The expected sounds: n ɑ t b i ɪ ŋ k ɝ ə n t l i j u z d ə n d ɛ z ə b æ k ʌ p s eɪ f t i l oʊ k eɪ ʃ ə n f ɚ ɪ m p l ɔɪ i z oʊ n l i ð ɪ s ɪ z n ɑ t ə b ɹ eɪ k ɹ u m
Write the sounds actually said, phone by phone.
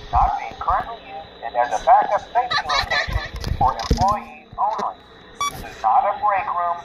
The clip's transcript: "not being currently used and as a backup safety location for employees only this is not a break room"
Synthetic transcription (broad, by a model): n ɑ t b i ɪ ŋ k ɝ ə n t l i j u z d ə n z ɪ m ə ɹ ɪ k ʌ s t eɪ t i l oʊ k eɪ ʃ ə n f ɚ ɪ m p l ɔɪ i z oʊ n l i ð ɪ s ɪ z n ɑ t ə b ɹ eɪ k ɹ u m